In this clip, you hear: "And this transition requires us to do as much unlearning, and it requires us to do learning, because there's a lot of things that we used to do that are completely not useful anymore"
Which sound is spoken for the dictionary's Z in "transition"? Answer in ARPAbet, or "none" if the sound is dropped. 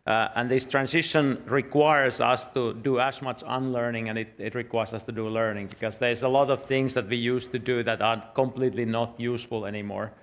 S